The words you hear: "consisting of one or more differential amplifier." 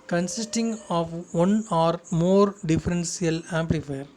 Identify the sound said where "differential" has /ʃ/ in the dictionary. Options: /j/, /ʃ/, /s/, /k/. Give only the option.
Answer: /s/